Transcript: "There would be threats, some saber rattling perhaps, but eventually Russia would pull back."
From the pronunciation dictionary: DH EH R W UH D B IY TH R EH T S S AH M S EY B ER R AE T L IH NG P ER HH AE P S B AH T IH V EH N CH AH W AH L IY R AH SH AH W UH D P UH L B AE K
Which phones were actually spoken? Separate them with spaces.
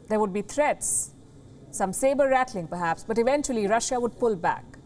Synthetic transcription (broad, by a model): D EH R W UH D B IY T R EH T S S AH M S EY B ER R AE T L IH NG P ER HH AE P S B AH T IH V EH N CH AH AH L IY R AH SH AH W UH D P UH L B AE K